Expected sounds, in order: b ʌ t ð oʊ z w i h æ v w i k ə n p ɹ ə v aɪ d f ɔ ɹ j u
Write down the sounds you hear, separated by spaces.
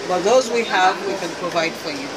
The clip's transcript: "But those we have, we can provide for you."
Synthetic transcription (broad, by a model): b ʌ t ð oʊ z w i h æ v w i k ə n p ɹ ə v aɪ d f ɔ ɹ j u